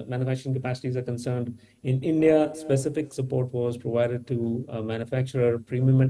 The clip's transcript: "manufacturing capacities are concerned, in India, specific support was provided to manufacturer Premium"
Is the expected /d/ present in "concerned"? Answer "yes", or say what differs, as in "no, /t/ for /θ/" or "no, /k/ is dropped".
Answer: yes